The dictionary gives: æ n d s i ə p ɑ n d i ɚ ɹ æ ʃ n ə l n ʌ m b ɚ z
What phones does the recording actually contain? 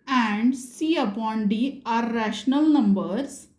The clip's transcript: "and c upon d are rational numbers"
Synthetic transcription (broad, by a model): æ n d s i ə p ɑ n d i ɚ ɹ æ ʃ n ə l n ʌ m b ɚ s